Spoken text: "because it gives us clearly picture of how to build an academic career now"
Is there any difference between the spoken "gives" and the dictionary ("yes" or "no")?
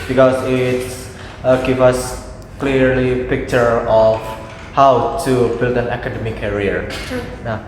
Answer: yes